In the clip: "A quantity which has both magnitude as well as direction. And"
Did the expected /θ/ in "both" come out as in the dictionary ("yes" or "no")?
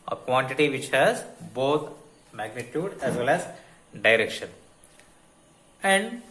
no